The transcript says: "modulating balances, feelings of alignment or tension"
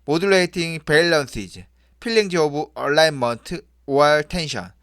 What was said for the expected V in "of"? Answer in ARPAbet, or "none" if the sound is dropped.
B